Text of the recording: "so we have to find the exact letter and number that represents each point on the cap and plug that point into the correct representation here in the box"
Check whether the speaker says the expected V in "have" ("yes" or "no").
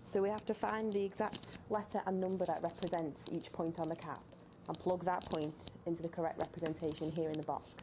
no